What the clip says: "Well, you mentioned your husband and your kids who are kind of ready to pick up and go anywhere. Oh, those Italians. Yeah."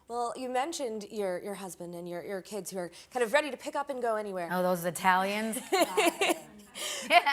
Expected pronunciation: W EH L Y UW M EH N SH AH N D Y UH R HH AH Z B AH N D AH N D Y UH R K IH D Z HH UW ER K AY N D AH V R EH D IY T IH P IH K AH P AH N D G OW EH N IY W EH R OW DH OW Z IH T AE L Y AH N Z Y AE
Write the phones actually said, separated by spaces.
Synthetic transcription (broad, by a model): W EH L Y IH M EH N SH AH N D Y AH R HH AH Z B AH N D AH N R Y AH R K IH D Z HH UW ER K AY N D AH V R EH D IY T IH P IH K AH P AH N G OW EH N IY W EH R OW DH OW Z IH T AE L Y AH N Z